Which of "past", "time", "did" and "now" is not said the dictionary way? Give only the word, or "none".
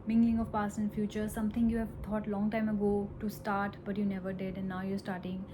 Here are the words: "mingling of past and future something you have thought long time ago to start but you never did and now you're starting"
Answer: past